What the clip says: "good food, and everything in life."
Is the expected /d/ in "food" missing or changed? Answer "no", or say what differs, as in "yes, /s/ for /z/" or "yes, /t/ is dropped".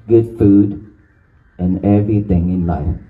no